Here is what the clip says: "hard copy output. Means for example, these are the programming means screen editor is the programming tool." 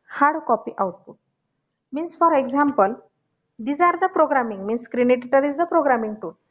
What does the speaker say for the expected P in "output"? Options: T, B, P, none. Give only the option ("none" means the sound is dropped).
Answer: none